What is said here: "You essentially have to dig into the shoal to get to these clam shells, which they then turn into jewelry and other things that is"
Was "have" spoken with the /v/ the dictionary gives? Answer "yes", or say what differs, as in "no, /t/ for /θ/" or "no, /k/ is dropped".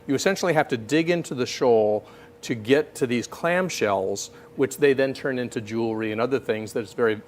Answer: no, /f/ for /v/